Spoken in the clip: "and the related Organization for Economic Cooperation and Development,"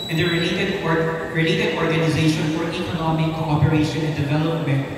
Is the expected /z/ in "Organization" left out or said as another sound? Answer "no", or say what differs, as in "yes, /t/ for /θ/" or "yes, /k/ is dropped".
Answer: no